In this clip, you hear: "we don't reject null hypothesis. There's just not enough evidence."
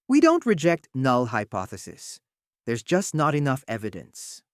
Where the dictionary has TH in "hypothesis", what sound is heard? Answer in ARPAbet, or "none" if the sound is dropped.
TH